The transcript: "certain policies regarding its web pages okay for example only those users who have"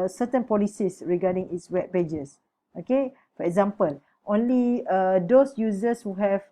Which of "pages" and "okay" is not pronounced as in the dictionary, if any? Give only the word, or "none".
pages